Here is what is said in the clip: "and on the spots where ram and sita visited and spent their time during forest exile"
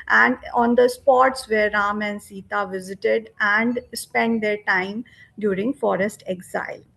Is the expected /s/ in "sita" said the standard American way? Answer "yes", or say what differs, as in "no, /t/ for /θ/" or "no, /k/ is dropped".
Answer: yes